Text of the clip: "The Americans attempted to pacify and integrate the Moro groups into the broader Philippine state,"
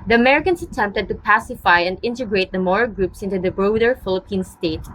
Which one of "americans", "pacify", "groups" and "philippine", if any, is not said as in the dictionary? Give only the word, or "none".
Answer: americans